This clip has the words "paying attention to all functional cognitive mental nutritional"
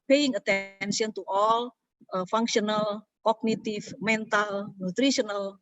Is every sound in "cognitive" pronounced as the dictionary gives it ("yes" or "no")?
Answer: no